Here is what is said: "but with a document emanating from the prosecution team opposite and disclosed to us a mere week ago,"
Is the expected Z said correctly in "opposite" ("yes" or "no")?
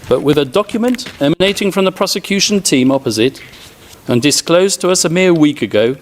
yes